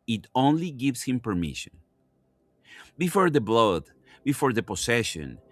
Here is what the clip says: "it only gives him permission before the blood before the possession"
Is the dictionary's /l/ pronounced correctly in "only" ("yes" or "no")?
yes